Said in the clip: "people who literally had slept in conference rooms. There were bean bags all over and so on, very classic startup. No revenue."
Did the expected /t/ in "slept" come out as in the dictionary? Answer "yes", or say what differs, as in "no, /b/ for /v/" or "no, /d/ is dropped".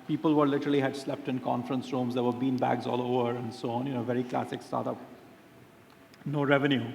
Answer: yes